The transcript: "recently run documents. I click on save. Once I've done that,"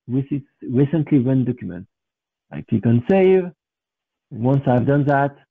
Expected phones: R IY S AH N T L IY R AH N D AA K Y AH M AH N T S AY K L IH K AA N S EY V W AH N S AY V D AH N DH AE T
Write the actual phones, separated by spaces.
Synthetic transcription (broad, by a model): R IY S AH N T L IY W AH N D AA K Y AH M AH N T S AY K IH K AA N S EY V W AH N S AY V D AH N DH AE T